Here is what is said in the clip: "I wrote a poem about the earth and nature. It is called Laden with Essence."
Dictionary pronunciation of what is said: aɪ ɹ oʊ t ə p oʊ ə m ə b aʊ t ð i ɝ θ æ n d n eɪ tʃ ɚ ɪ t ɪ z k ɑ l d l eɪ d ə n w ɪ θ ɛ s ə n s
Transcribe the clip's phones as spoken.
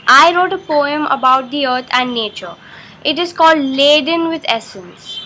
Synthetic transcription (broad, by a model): aɪ ɹ oʊ t ə p oʊ ə m ə b aʊ t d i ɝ t æ n d n eɪ tʃ ɚ ɪ t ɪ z k ɑ l d l eɪ d ə n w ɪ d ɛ s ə n s